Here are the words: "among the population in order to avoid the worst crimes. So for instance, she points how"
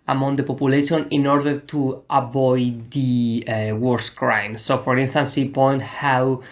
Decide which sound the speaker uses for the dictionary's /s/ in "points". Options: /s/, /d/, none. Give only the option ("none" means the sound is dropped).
none